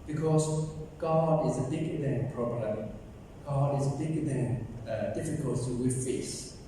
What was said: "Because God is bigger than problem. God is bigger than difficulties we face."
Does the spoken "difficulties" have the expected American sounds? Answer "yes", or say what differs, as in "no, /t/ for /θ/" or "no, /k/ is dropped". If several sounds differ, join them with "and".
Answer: no, /z/ is dropped